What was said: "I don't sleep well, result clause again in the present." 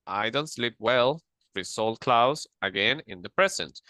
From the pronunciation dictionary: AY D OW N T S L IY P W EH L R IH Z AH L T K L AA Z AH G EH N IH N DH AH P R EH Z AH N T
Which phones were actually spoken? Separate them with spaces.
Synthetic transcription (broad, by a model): AY D OW N T S L IY P W EH L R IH S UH L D K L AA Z AH G EH N IH N DH AH P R EH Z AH N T